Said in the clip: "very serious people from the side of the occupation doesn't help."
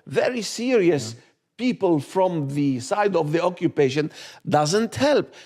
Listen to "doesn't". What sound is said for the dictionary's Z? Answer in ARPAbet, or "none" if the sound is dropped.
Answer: Z